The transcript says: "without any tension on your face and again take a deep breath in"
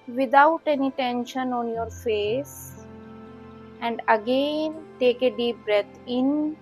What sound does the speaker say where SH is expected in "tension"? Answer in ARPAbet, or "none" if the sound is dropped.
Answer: SH